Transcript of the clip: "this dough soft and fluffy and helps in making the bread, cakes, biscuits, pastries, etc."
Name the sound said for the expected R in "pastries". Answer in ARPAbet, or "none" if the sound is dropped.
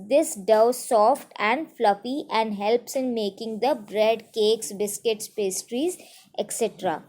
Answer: R